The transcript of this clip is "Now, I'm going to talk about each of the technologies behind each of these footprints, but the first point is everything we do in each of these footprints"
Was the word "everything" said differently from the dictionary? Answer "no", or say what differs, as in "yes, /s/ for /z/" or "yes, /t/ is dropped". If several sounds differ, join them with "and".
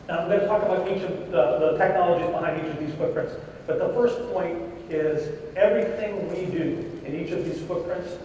no